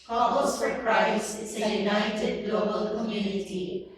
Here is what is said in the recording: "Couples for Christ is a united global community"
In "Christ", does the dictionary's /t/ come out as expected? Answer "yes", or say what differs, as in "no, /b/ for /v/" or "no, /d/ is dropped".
no, /t/ is dropped